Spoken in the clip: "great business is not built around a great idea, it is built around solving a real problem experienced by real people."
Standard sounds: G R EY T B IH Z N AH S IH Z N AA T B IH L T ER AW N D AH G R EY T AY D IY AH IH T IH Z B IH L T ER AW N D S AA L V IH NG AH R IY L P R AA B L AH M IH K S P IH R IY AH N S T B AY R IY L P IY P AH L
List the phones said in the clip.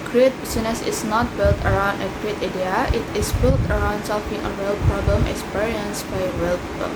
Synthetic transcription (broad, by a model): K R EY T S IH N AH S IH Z N AA T B IH L T ER AW N D AH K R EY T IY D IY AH IH T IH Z B IH L T ER AW N D S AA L F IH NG AH R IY L P R AA B L AH M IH K S P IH R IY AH N S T B AY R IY L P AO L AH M